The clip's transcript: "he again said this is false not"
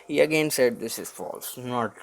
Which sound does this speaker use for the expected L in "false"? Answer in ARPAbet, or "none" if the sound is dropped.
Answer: L